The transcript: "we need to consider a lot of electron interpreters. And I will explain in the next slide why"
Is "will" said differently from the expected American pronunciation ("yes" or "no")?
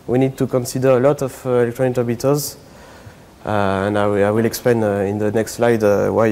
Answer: no